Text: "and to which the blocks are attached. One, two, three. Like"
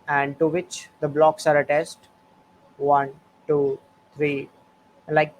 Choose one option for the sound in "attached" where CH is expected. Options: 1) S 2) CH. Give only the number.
1